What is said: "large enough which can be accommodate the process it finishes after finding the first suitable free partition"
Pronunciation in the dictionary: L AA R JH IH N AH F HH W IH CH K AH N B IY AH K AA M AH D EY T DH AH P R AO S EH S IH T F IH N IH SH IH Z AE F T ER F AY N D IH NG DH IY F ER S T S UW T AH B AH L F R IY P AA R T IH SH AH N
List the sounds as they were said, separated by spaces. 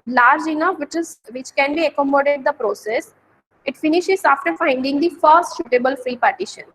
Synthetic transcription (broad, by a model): L AA R JH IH N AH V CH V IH CH K AH N B IY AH K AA M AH D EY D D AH P R AO S EH S IH T F IH N IH SH IH Z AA F T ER F AY N D IH NG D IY F ER S T SH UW T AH B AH L F R IY P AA R T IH SH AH N